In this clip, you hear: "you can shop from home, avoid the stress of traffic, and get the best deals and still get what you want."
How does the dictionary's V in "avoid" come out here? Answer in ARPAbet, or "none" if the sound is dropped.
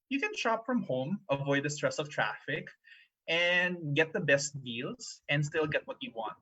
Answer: V